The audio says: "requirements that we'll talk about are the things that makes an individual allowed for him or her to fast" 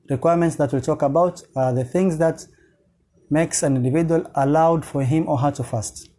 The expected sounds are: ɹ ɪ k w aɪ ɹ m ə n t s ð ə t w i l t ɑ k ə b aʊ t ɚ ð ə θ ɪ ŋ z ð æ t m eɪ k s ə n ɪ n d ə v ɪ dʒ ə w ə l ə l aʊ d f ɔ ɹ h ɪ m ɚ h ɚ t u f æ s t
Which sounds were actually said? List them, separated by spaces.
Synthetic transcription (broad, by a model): ɹ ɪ k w aɪ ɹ m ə n t s ð ə t w i l t ɑ k ə b aʊ t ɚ ð ə θ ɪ ŋ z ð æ t m eɪ k s ə n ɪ n d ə v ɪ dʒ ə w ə l ə l aʊ d f ɔ ɹ h ɪ m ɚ h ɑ t u f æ s t